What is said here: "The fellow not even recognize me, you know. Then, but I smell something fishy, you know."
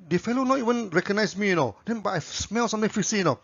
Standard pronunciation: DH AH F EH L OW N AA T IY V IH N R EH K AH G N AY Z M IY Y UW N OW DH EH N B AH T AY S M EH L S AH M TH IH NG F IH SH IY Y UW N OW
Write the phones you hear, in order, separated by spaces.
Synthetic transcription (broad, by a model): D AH F EH L OW N AA T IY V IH N R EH K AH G N AY S M IY Y UW N OW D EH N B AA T AY S M EH L S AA M T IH NG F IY S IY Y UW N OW